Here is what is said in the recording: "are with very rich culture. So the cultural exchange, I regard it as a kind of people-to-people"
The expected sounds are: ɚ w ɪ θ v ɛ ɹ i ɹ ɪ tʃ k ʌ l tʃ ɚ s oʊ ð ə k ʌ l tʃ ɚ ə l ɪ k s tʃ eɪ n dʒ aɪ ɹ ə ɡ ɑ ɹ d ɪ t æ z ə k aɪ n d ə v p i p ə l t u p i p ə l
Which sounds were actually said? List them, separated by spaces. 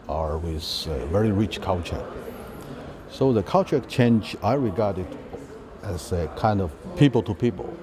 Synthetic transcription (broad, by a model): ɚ w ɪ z v ɛ ɹ i ɹ ɪ tʃ k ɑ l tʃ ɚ s oʊ ð ə k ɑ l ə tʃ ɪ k tʃ eɪ n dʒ aɪ ɹ ə ɡ ɑ ɹ d ɪ t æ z ə k aɪ n d ə v p i p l t u p i p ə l